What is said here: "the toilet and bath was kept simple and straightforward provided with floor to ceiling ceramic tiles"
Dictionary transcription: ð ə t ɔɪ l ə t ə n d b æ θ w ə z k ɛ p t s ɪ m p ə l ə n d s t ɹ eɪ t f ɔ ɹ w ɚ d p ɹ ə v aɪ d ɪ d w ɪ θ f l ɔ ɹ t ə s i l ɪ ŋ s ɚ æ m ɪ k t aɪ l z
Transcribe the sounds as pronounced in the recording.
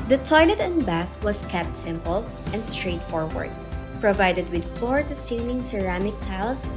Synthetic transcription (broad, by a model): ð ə t ɔɪ l ə t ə n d b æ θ w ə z k ɛ p t s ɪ m p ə l ə n d s t ɹ eɪ t f ɔ ɹ w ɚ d p ɹ ə v aɪ d ɪ d w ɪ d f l ɔ ɹ t ə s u n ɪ ŋ s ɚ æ m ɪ k t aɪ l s